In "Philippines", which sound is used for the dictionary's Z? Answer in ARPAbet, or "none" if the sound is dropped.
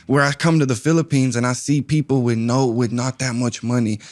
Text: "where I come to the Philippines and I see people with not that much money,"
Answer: Z